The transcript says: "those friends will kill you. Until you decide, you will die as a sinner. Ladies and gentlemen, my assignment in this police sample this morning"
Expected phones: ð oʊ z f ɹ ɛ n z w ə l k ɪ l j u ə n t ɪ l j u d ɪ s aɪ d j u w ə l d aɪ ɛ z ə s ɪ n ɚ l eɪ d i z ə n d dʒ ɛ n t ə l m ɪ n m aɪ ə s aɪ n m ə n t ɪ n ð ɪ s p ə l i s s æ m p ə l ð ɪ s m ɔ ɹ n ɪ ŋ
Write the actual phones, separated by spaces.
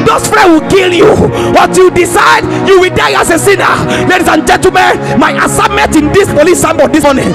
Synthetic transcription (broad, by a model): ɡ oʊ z f ɹ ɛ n w ə l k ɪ l j u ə t j u d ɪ s aɪ d j u w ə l d aɪ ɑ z ə s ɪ n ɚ l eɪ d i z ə n dʒ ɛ n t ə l m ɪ n m aɪ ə s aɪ m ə n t ɪ n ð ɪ s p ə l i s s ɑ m b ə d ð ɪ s m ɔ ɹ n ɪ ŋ